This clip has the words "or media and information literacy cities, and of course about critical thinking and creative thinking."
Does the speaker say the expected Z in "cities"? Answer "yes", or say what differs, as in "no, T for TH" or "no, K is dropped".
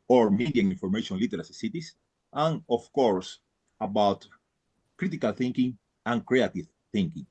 no, S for Z